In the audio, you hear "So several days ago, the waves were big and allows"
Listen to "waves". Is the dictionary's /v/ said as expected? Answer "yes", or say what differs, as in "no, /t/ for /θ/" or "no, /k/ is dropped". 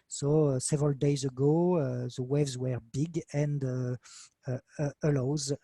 yes